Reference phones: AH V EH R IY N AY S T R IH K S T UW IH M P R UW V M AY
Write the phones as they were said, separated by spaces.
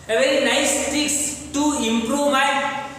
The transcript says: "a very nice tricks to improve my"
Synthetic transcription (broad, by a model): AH V EH R IY N AY S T IH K S T UW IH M P R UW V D